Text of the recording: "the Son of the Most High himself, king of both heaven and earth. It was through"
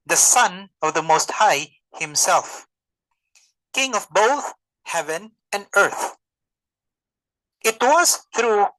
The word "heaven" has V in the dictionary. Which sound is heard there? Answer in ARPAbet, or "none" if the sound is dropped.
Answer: V